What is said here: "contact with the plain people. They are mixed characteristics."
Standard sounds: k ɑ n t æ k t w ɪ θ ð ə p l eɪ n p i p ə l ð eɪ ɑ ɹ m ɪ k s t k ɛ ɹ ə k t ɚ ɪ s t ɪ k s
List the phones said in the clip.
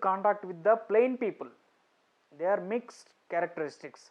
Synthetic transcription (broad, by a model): k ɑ n t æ k t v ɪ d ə p l eɪ n p i p ə l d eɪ ɑ ɹ m ɪ k s t k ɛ ɹ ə k t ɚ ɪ s t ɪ k s